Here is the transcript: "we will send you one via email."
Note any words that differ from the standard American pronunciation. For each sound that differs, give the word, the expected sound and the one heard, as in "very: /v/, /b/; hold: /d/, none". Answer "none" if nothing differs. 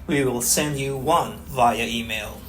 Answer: none